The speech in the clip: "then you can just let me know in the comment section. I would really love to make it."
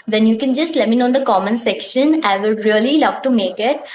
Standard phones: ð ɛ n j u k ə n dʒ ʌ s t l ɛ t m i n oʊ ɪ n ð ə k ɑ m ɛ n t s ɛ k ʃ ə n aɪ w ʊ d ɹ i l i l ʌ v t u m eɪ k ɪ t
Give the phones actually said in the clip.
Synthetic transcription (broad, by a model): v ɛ n j u k ə n dʒ ʌ s t l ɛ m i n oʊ ɪ n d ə k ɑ m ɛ n s ɛ k ʃ ə n aɪ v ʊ d ɹ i l i l ʌ v t u m eɪ k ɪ t